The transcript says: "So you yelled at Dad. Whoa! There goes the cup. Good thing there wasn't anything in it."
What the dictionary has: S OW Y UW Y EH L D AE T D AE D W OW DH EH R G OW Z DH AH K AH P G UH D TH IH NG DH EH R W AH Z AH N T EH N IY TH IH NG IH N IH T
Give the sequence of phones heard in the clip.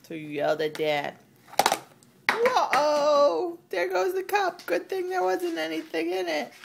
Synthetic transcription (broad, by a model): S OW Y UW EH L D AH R D AE D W OW DH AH R G OW Z DH AH K AH P G UH D TH IH NG DH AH R W AH Z AH N T EH N IY TH IH NG IH N IH T